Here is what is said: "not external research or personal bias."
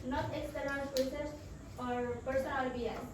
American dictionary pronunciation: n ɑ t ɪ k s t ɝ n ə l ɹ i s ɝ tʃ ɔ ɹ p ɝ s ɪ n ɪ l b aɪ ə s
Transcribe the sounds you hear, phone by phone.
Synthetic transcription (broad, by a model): n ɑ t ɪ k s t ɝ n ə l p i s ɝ s ɔ ɹ p ɝ s ɪ n ɪ l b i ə